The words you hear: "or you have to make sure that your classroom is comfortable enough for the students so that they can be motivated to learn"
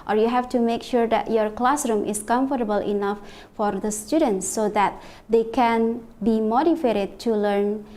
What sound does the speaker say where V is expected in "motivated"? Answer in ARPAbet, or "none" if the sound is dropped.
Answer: F